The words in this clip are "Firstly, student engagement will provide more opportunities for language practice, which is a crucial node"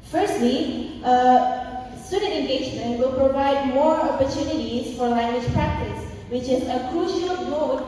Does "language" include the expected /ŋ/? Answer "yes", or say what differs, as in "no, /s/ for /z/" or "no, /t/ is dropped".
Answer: yes